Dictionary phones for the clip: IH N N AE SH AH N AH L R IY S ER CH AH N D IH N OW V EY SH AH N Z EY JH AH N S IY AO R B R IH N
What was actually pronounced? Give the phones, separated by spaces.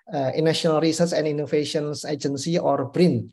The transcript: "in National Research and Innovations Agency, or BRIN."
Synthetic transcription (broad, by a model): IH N N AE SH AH N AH L R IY S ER S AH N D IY N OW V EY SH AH N S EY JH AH N S IY AO R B R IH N